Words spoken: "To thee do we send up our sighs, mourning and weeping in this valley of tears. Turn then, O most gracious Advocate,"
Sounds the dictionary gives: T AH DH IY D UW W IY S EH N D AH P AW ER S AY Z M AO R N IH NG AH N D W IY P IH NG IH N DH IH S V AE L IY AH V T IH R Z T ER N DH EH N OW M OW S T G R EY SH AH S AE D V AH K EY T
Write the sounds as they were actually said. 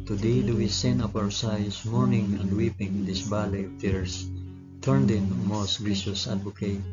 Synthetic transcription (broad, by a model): T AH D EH D UW W IY S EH N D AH P AW ER S AY S M AO R N IH NG AH N D W IY P IH NG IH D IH S B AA L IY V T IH R S T ER N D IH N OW M OW S T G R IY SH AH S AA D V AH K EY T